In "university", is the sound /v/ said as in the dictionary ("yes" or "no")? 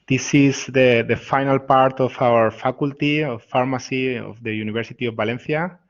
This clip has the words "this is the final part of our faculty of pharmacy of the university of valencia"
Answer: no